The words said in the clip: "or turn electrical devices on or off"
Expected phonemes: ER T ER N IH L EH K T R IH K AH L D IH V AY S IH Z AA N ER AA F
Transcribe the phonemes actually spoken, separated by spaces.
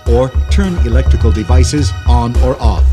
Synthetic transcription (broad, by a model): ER T ER N IH L EH K T R IH K AH L D IH V AY S IH Z N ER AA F